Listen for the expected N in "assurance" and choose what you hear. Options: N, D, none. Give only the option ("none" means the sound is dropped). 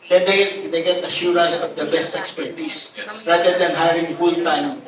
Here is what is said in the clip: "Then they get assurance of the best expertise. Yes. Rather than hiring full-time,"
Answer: none